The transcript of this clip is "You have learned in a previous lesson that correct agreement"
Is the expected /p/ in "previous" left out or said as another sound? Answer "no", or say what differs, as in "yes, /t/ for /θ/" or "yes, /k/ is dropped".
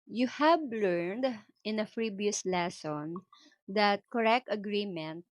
yes, /f/ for /p/